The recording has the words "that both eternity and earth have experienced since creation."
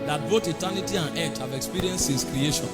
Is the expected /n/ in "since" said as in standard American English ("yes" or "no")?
no